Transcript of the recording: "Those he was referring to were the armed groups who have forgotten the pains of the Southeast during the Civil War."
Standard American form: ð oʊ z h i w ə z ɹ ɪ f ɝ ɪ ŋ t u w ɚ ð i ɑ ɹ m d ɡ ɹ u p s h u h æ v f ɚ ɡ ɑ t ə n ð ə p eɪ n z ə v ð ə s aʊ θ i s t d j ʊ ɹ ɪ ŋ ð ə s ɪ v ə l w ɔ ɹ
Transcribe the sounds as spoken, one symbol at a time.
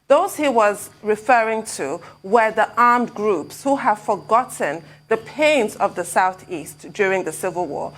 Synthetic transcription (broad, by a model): ð oʊ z h i w ə z ɹ ɪ f ɝ ɪ ŋ t u w ɚ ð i ɑ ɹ m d ɡ ɹ u p s h u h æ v f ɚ ɡ ɑ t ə n ð ə p eɪ n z ə v ð ə s aʊ θ i s t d j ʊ ɹ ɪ ŋ ð ə s ɪ v ə l w ɔ ɹ